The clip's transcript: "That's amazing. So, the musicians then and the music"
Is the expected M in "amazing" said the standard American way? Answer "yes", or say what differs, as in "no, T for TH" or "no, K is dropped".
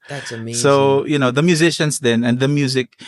no, M is dropped